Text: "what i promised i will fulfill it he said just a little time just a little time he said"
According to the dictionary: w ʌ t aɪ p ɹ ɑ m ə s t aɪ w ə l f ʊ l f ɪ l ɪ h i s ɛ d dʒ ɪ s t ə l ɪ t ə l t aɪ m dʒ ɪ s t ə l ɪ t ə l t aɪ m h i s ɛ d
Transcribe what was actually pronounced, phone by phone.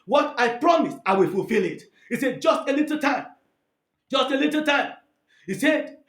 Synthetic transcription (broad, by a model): w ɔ t aɪ p ɹ ɑ m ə s aɪ w ə l f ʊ l f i l ɪ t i s ɛ d dʒ ɪ s t ə l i t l t aɪ m dʒ ɪ s t ə l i t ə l t aɪ m h i s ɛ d